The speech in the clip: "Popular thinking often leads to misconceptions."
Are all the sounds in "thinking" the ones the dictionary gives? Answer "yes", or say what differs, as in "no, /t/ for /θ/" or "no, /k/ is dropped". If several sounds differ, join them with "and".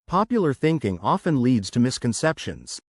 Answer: yes